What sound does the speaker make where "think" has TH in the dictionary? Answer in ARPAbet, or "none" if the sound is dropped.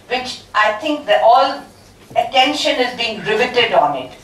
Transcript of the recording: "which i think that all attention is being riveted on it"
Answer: T